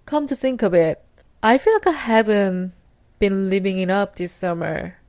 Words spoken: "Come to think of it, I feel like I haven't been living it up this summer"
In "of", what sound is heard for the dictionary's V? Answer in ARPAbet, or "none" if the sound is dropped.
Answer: B